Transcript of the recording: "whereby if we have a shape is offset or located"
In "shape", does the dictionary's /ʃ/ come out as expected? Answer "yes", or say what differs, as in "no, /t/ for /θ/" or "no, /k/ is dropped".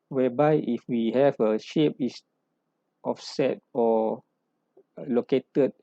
yes